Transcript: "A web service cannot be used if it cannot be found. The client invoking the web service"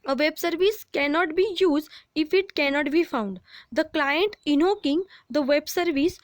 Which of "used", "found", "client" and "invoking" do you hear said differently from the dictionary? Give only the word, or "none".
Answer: invoking